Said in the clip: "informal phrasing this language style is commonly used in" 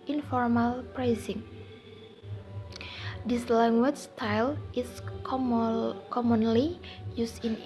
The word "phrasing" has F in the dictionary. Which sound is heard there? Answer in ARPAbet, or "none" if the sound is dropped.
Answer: P